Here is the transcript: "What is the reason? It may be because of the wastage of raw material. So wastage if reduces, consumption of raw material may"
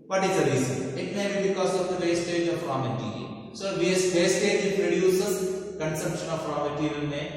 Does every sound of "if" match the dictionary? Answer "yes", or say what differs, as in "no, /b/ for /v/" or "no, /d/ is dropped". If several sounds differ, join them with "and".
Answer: no, /p/ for /f/